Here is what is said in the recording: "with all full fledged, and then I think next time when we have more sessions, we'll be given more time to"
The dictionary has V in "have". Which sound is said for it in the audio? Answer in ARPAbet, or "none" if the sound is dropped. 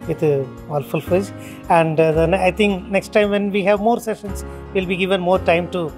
V